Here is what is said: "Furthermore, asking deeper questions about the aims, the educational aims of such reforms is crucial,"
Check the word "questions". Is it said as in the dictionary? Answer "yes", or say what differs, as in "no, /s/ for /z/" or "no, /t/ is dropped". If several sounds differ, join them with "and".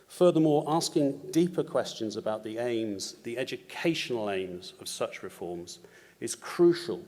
yes